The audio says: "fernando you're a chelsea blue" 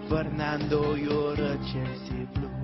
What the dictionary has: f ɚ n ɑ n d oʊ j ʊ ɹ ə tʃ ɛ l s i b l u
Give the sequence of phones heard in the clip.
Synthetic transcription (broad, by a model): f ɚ n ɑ n d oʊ j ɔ ɹ ə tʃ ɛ s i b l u